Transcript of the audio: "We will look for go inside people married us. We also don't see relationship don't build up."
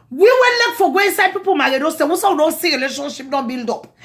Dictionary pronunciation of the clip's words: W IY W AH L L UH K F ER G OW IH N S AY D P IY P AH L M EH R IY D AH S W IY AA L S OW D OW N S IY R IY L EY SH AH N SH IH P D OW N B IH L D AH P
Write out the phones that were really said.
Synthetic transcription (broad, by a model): W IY W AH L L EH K F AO G OW IH N S AY D P IY P AH L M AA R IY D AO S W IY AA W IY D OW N S IY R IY L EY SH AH N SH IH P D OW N B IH L D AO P